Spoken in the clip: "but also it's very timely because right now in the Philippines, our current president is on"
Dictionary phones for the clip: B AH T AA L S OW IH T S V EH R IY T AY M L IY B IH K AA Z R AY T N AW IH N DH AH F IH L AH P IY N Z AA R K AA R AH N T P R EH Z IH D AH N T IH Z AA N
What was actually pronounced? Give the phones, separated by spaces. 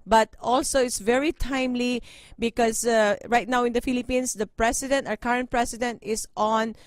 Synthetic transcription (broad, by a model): B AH T AA L S OW IH T S V EH R IY T AY M L IY B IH K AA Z R AY T N AW IH N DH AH F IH L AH P IY N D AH R K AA R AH N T P R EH S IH D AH N T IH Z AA N